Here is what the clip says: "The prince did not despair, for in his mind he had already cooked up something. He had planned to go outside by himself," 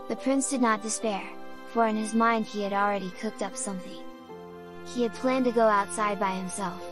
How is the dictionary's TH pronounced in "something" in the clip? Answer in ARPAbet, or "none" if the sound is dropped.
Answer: TH